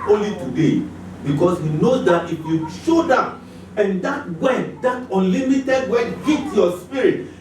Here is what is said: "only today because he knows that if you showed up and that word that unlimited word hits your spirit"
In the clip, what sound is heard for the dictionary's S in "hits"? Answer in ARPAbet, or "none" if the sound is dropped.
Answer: none